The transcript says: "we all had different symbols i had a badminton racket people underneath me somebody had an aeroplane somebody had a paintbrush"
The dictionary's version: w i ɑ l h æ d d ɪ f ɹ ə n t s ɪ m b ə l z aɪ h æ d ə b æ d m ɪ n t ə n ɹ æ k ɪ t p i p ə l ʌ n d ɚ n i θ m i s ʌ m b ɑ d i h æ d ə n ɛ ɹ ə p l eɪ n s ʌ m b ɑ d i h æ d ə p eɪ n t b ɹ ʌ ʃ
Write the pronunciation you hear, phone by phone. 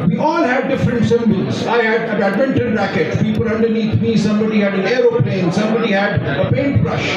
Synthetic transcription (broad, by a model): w i ɑ l h æ d d ɪ f ɹ ə n t s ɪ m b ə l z aɪ h æ d ə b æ d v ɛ n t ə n ɹ æ k ɪ t p i p ə l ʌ n d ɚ n i t m i s ʌ m b ɑ d i h æ d ə n ɛ ɹ ə p l eɪ n s ʌ m b ɑ d i h æ d ə p eɪ n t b ɹ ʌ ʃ